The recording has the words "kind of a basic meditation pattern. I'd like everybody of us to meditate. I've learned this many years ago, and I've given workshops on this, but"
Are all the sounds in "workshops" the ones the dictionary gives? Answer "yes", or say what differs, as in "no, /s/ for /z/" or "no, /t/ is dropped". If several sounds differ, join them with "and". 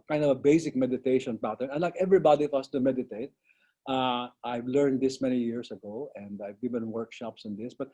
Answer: yes